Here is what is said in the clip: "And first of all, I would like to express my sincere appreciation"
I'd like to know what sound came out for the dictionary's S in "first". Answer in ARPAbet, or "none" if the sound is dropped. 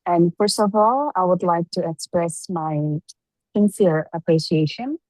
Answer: S